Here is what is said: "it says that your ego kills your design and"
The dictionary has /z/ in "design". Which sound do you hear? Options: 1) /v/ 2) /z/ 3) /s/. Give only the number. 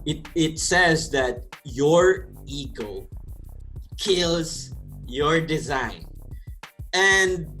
2